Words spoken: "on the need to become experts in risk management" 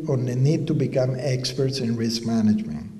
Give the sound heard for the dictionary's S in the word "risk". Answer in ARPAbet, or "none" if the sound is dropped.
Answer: S